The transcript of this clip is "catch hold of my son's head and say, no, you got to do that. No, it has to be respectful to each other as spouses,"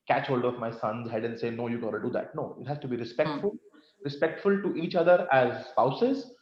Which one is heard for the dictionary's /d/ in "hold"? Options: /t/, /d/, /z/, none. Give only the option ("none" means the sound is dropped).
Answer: /d/